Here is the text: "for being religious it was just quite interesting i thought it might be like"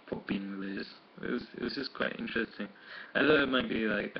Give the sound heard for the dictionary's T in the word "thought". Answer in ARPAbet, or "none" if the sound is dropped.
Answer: none